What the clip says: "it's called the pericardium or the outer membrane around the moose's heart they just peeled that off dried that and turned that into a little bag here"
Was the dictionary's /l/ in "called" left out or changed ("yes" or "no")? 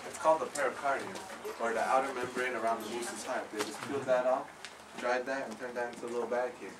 no